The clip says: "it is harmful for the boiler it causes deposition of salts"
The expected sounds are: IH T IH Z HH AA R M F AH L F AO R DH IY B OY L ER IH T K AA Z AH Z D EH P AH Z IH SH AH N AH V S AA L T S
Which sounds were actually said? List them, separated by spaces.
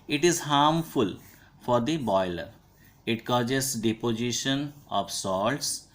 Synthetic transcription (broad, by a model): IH T IH Z HH AA R M F AH L F AO R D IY B OY L ER IH T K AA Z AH S D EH P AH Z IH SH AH N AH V S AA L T S